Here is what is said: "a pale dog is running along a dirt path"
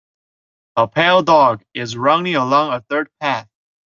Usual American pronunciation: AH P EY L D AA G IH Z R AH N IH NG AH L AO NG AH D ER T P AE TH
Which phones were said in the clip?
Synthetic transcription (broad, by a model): AH P EY L D AA G IH Z R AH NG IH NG AH L AO NG AH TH ER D P AE TH